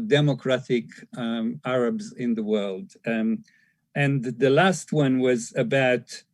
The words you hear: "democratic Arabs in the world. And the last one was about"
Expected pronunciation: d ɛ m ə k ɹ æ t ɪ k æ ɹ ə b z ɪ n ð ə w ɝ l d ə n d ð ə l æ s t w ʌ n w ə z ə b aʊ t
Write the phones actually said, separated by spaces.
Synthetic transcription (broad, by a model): d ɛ m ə k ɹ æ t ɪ k æ ɹ ə b z ɪ n ð ə w ɝ l d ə n ð ə l æ s t w ʌ n w ə z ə b aʊ t